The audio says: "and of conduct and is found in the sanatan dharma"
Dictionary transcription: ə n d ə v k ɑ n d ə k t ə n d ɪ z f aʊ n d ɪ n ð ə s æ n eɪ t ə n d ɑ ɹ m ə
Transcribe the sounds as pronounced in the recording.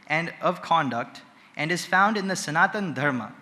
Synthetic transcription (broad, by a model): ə n d ə v k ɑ n d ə k t ə n d ɪ z f aʊ n d ɪ n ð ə s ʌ n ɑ t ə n d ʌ ɹ m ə